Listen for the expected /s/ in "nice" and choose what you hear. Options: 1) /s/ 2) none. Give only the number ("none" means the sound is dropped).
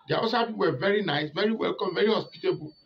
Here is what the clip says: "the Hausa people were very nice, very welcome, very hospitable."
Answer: 1